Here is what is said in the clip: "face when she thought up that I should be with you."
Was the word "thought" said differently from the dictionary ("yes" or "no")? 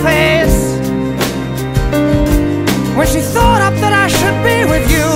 no